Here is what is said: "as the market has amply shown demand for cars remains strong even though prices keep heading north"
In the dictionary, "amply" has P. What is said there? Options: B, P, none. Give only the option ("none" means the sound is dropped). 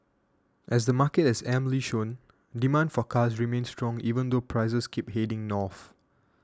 none